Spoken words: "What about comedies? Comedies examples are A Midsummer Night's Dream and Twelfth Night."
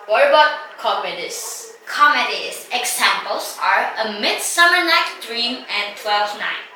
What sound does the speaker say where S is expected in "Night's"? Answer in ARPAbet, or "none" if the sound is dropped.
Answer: none